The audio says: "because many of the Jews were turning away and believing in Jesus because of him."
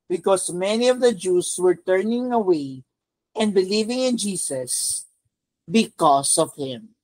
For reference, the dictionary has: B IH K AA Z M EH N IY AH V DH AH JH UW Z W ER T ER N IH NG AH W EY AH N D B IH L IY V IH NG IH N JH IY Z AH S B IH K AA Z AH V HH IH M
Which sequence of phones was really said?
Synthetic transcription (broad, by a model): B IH K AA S M EH N IY AH V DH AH JH UW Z W ER T ER N IH NG AH W EY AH N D B IH L IY V IH NG IH N JH IY S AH S B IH K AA S AH V HH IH M